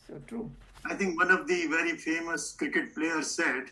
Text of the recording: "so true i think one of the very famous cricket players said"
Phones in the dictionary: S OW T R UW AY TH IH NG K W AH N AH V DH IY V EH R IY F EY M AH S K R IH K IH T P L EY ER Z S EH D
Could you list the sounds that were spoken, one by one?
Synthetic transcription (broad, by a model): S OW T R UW AY T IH NG K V AH N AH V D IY V EH R IY F EY M AH S K R IH K IH T P L EY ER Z S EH D